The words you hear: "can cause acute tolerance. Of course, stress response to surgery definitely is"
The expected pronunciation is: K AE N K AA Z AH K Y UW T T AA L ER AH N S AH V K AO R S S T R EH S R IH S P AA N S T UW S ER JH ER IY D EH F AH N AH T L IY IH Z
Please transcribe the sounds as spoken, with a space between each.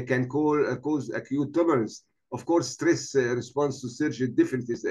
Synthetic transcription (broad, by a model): K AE N K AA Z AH K Y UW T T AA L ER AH N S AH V K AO R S S T R EH S R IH S P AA N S T UW S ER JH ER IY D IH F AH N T IY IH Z